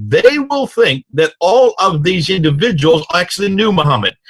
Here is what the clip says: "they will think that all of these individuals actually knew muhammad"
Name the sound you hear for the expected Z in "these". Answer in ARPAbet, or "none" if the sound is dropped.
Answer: Z